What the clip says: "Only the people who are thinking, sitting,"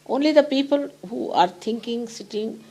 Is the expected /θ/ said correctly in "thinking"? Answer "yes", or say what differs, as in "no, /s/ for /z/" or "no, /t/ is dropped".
no, /t/ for /θ/